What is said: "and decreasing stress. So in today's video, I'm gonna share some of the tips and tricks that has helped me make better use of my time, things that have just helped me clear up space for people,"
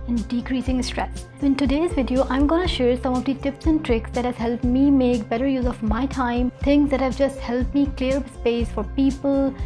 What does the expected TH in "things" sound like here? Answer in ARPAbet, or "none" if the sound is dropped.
T